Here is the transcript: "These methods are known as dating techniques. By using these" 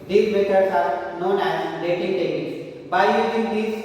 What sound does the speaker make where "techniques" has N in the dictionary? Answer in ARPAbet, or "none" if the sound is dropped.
none